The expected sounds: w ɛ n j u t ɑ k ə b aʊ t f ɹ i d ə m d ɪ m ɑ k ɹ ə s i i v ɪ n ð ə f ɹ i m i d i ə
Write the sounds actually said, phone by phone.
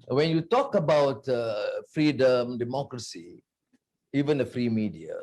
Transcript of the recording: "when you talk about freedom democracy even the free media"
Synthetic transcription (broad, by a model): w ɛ n j u t ɑ k ə b aʊ t f ɹ i d ə m d ɪ m ɑ k ɹ ə s i i v ɪ n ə f ɹ i m i d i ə